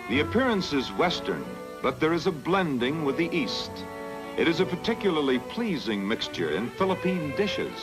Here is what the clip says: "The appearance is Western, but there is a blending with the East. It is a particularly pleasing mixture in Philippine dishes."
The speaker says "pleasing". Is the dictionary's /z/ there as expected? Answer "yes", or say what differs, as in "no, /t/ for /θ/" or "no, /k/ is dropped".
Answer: yes